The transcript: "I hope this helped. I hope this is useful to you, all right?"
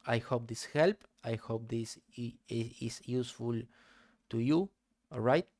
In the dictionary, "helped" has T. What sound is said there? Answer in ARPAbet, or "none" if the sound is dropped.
none